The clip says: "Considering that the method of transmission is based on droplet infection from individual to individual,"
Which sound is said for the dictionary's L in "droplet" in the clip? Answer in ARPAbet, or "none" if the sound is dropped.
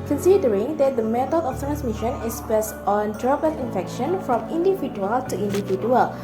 none